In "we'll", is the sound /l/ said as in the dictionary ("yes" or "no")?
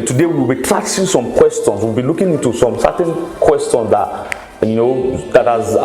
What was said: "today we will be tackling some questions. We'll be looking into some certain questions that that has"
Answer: no